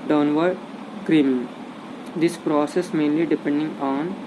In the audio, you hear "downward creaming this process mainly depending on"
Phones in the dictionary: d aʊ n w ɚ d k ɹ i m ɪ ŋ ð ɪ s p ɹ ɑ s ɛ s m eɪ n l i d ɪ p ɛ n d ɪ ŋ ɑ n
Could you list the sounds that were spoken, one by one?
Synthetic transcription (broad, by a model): d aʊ n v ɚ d k ɹ i m ɪ ŋ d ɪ s p ɹ ɑ s ɛ s m eɪ n l i d ɪ p ɛ n d ɪ ŋ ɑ n